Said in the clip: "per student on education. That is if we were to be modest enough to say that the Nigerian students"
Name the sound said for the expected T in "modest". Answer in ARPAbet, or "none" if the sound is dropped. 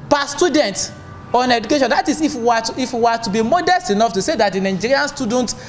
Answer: T